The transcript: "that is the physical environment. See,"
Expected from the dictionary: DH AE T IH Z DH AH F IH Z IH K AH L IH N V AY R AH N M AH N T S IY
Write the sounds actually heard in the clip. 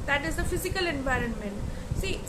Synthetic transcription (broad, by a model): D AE T IH Z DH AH F IH Z IH K AH L IH N V AY R AH N M AH N T S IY